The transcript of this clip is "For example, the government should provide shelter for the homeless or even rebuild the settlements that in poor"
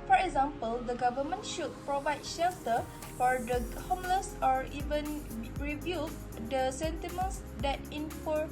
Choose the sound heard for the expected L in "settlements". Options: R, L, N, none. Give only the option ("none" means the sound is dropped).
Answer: none